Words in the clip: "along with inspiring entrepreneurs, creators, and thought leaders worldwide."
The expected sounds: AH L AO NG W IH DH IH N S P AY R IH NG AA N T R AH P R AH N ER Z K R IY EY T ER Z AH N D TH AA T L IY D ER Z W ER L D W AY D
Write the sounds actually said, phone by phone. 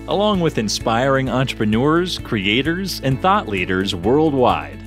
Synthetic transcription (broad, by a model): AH L AO NG W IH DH IH N S P AY R IH NG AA N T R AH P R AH N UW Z K R IY EY T ER Z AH N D TH AA T L IY D ER Z W ER L D W AY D